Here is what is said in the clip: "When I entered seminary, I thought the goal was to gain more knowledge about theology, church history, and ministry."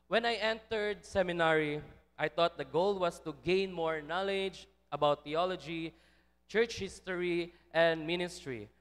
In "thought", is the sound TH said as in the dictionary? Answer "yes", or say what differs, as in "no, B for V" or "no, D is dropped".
no, T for TH